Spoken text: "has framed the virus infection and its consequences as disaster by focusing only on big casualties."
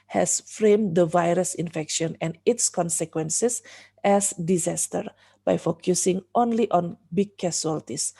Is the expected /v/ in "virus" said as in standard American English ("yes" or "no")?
yes